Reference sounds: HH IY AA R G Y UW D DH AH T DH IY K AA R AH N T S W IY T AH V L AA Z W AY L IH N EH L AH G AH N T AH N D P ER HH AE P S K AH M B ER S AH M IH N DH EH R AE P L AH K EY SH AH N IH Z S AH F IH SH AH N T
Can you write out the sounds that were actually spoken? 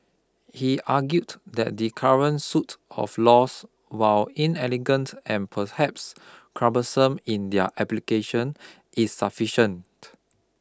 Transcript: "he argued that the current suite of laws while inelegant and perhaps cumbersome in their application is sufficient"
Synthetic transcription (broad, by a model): HH IY AA G Y UW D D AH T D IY K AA R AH N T S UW T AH F L AA S W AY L IH N EH L AH G AH N T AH N P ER HH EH P S K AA B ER S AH M IH N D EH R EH P L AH K EY SH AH N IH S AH F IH SH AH N T